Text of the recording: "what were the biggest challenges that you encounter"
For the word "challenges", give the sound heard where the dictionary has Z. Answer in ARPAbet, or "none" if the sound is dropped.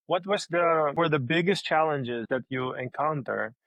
Z